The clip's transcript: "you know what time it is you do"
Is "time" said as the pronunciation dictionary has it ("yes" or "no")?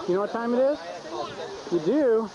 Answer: yes